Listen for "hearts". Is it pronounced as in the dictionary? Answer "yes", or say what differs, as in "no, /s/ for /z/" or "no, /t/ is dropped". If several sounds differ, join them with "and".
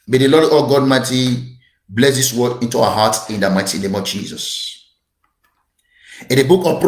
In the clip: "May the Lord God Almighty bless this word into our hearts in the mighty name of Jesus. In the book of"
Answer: no, /s/ is dropped